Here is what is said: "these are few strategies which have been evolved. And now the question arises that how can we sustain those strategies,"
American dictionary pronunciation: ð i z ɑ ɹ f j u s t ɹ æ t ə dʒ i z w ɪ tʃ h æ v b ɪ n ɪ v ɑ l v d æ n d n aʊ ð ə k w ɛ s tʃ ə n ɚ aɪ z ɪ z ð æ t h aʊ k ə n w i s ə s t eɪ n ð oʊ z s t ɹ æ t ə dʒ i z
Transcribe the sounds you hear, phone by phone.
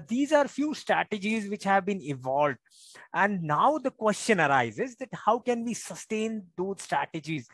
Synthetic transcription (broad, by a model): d i z ɑ ɹ f j u s t ɹ æ t ə dʒ i z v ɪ tʃ h æ v b ɪ n ɪ v ɑ l v d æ n d n aʊ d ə k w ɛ s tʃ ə n ɚ aɪ z ɪ z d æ t h aʊ k ə n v i s ə s t eɪ n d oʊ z s t ɹ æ t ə dʒ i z